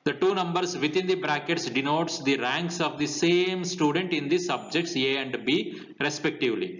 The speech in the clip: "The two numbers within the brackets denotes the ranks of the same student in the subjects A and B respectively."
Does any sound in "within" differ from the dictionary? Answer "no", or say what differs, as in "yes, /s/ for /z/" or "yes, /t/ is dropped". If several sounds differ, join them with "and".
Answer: yes, /t/ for /θ/